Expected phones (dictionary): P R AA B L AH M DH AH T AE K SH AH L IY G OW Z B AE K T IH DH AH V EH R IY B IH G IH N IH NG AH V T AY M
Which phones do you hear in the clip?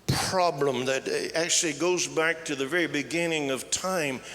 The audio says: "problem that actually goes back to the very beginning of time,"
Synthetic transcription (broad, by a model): P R AA B L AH M DH AH T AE K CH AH L IY G OW Z B AE K T IH DH AH V EH R IY B IH G IH N IH NG AH V T AY M